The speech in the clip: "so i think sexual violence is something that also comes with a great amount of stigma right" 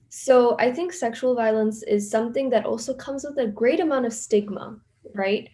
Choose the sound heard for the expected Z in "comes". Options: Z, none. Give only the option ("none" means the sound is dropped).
Z